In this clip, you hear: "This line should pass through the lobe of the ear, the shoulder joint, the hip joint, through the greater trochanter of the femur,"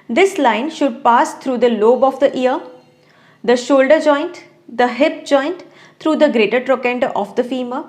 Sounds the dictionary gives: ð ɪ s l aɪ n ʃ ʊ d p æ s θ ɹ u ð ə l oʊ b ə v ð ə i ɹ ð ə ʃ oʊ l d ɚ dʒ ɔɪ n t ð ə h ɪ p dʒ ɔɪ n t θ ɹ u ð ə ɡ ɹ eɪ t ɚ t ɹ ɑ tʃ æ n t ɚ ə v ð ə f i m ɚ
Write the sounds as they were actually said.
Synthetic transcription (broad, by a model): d ɪ s l aɪ n ʃ ʊ d p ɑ s t ɹ u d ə l oʊ b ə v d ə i ɹ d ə ʃ oʊ l d ɚ dʒ ɔɪ n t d ə h ɪ p dʒ ɔɪ n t t ɹ u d ə ɡ ɹ eɪ t ɚ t ɹ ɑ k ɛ n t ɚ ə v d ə f i m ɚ